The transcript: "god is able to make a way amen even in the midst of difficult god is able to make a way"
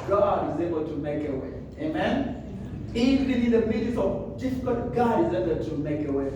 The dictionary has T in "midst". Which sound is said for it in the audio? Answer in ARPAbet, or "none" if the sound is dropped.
none